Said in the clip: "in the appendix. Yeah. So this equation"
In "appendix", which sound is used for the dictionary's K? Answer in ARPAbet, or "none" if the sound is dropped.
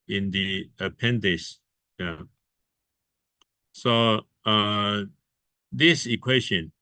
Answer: none